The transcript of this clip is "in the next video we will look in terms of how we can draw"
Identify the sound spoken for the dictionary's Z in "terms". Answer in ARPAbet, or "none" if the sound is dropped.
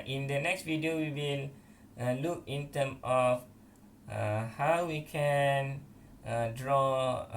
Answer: none